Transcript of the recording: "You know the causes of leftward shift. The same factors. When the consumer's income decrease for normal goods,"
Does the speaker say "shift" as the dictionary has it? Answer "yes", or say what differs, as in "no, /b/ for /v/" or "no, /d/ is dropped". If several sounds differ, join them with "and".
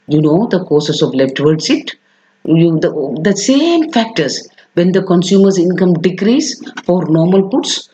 no, /s/ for /ʃ/